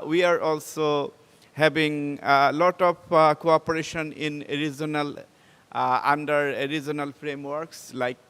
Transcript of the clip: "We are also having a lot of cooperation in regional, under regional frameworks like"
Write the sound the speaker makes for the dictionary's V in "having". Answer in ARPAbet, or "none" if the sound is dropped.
B